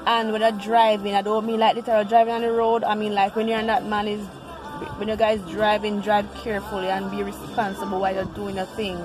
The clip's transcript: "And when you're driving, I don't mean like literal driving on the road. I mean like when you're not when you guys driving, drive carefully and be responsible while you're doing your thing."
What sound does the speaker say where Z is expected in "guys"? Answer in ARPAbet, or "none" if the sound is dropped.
Z